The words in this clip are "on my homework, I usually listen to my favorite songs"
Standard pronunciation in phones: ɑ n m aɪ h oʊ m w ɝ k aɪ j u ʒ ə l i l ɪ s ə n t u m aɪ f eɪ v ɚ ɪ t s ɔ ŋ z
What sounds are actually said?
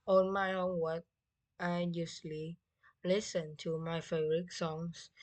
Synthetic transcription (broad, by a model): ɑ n m aɪ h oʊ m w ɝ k aɪ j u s l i l ɪ s ə n t u m aɪ f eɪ b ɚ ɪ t s ɔ ŋ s